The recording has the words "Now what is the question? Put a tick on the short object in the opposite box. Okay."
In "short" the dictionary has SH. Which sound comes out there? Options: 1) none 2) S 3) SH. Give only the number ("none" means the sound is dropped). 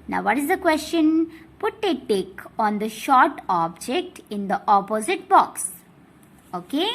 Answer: 3